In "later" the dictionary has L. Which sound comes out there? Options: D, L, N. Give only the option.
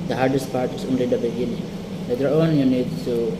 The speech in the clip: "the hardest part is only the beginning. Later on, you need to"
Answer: N